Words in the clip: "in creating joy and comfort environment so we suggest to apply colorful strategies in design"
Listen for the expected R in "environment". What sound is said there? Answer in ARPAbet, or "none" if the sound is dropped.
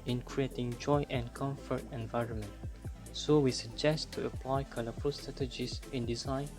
R